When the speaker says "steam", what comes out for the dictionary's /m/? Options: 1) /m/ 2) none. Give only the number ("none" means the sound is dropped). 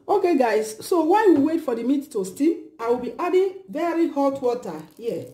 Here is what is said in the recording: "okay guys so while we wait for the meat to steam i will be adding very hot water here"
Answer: 2